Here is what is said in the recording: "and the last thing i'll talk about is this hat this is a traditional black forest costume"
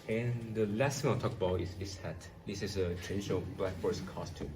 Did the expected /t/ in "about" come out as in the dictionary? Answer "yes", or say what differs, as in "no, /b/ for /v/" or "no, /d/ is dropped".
no, /t/ is dropped